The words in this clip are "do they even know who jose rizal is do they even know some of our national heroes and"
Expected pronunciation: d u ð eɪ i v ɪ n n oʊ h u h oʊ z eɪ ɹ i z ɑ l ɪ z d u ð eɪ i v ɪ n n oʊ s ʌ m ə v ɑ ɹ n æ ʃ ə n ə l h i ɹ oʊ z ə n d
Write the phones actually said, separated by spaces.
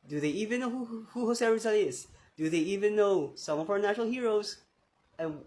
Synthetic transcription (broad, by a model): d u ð eɪ i v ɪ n n oʊ h u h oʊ s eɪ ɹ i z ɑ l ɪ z d u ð eɪ i v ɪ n n oʊ s ʌ m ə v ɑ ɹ n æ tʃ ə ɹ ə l h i ɹ oʊ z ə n